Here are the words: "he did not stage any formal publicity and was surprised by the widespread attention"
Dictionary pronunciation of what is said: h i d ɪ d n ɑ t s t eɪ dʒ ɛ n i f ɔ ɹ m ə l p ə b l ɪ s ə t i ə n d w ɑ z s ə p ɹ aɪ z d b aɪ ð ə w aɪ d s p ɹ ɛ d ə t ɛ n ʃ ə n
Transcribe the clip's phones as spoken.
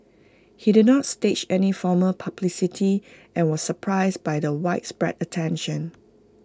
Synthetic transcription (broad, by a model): h i d ɪ d n ɑ t s t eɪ tʃ ɛ n i f ɔ m ə p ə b l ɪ s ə t i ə n w ɑ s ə p ɹ aɪ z b aɪ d ə w aɪ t s p ɹ ɛ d ə t ɛ n ʃ ə n